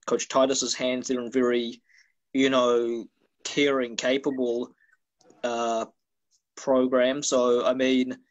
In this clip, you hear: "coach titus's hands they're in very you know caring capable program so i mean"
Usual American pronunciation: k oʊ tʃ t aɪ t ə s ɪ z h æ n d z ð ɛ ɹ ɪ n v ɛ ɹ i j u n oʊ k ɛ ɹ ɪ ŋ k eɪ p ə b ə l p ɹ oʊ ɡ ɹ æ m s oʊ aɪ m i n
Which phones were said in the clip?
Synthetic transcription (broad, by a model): k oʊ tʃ t aɪ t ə s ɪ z h æ n d z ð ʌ ɹ ɪ n v ɛ ɹ i j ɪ n oʊ k ɛ ɹ ɪ ŋ k eɪ p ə b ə l p ɹ oʊ ɡ ɹ æ m s oʊ aɪ m i n